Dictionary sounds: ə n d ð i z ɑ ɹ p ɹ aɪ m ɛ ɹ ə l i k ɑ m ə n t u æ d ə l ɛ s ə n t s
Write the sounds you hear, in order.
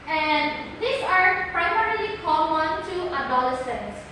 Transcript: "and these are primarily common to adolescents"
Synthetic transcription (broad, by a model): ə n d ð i s ɑ ɹ p ɹ aɪ m ɛ ɹ ə l i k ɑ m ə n t u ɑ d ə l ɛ s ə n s